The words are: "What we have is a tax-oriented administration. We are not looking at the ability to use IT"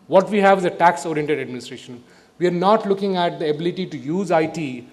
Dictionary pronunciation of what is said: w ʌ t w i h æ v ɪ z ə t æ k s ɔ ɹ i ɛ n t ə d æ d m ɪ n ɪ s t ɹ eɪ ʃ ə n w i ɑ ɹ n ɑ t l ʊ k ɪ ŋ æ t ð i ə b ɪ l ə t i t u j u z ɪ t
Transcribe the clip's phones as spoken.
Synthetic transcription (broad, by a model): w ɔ t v i h æ v ɪ z ə t æ k s ɔ ɹ i ɛ n t ə d æ d m ɪ n ɪ s t ɹ eɪ ʃ ə n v i ɑ ɹ n ɑ t l ʊ k ɪ ŋ æ t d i ə b ɪ l ə t i t u j u z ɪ t